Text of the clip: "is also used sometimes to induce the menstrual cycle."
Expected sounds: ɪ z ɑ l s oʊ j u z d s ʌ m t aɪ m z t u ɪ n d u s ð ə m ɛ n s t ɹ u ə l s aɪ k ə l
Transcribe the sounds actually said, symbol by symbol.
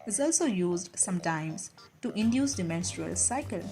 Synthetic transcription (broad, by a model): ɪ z ɑ l s oʊ j u z d s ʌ m t aɪ m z t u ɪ n d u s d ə m ɛ n s t ɹ u ə l s aɪ k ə l